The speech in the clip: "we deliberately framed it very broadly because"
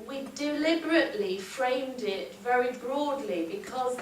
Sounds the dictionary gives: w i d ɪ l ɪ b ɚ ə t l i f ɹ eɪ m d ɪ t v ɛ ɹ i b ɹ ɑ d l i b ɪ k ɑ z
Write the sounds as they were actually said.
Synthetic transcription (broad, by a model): w i d ɪ l ɪ b ɚ ə t l i f ɹ eɪ m d ɪ t v ɛ ɹ i b ɹ ɑ d l i b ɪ k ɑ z